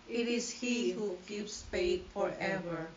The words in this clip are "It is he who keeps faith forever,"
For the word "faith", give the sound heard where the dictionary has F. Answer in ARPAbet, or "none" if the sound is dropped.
P